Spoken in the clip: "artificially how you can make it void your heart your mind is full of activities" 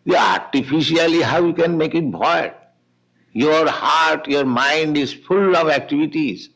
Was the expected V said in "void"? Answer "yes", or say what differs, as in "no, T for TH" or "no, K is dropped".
no, B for V